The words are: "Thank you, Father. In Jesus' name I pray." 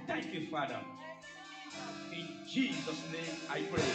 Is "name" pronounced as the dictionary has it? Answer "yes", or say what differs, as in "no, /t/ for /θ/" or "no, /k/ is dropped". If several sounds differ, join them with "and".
no, /m/ is dropped